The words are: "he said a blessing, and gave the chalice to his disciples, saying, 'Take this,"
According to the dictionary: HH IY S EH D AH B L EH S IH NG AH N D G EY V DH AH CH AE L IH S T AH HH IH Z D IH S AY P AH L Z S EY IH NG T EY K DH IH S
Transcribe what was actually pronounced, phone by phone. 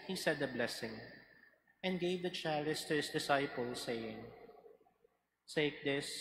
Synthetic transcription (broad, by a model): HH IY S EH D AH B L EH S IH NG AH N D G EY V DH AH CH AE L IH S T AH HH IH S D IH S AY P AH L S EY IH NG S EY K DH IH S